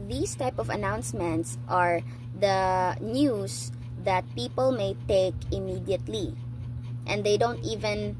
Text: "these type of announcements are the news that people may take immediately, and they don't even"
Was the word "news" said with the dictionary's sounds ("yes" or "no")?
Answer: no